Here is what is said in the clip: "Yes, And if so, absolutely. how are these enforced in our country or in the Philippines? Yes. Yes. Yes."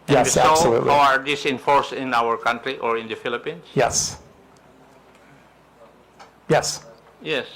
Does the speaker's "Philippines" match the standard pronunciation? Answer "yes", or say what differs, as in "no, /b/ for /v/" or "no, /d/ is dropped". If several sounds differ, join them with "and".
no, /s/ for /z/